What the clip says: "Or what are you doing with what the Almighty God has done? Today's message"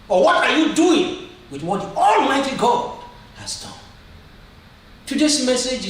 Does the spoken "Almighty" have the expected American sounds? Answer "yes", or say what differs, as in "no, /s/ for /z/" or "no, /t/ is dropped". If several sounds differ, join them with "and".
yes